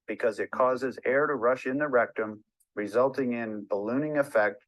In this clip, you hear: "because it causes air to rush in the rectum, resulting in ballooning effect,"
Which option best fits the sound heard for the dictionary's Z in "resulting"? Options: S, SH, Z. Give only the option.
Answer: Z